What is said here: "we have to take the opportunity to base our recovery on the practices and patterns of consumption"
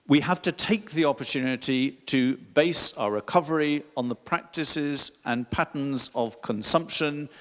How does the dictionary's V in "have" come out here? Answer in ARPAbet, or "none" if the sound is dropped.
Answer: F